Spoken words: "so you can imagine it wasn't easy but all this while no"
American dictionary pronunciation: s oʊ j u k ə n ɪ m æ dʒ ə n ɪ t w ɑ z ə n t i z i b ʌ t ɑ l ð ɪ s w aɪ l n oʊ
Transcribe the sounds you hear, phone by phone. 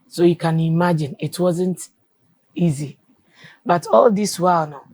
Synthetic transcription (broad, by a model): s oʊ j u k ə n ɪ m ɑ dʒ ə n ɪ t w ɑ z ə n t i z i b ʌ t ɑ l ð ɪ s w aɪ l n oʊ